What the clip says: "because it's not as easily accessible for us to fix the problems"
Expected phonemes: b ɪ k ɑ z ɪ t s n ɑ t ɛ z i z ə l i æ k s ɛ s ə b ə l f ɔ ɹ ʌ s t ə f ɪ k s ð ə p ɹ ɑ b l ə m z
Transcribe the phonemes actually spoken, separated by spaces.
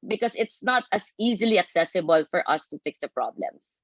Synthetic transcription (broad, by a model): b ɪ k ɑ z ɪ t s n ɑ t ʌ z i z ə l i æ k s ɛ s ə b ə l f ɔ ɹ ʌ s t ə f ɪ k s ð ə p ɹ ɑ b l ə m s